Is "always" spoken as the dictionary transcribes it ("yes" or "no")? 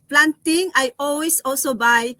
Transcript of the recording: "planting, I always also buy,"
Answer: no